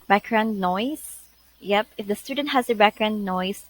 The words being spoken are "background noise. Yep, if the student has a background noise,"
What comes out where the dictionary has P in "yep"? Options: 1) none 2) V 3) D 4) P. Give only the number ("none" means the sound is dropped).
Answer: 4